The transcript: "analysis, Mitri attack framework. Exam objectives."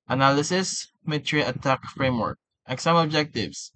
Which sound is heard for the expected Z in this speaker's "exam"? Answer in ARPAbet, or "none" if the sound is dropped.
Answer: S